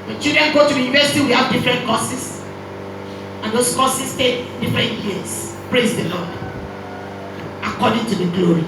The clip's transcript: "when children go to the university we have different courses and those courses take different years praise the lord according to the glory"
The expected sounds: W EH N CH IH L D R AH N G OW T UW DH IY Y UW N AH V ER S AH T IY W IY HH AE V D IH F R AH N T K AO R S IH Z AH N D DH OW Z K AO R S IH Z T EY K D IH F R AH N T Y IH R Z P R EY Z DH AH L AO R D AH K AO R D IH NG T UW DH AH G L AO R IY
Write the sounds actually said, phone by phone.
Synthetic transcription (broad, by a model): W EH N CH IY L D R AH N G OW T UW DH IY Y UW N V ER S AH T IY W IY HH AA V D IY F R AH N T K AO S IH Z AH N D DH OW S K AO S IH S T EY K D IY F R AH N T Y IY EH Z P R EY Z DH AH L AO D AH K AO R D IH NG T UW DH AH G L AO R IY